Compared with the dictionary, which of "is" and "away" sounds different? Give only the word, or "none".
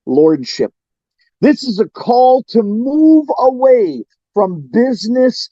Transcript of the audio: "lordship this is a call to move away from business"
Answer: none